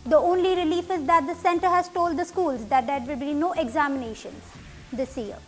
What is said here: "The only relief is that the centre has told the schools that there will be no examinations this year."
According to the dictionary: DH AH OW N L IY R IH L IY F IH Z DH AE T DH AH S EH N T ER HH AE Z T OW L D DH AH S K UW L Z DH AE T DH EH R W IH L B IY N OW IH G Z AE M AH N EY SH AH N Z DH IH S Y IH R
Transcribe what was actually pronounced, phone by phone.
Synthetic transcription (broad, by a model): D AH OW N L IY R IH L IY F IH Z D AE T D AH S EH N T ER HH AE Z T OW L D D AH S K UW L Z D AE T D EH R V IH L B IY N OW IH G Z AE M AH N EY SH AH N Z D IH S Y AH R